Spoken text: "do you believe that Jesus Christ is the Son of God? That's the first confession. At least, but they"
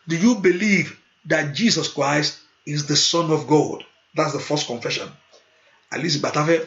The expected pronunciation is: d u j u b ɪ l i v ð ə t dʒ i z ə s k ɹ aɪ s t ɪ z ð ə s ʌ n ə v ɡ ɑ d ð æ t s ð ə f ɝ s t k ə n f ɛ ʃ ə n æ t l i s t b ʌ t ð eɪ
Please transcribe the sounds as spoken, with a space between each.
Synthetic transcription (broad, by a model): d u j u b ɪ l i v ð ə t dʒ i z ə s k ɹ aɪ s t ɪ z ð ə s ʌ n ə v ɡ ɑ d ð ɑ t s ð ə f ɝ s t k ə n f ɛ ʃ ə n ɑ l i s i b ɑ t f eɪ